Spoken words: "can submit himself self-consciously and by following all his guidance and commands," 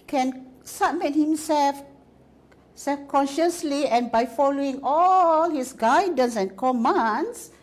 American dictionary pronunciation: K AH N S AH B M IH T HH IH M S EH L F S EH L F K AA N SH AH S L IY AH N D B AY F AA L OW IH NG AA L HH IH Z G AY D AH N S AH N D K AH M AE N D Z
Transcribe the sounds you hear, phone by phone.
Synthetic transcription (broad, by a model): K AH N S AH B M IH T HH IH M S EH L F S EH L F K AA N SH AH S L IY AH N B AY F AA L OW IH NG AA L HH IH S G AY D AH N S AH N K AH M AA N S